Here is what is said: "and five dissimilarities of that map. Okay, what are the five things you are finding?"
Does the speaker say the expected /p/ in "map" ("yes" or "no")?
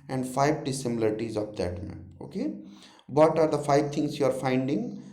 no